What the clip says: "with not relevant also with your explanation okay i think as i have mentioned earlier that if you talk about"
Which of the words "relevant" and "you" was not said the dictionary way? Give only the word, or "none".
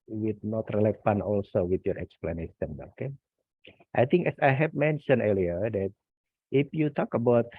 relevant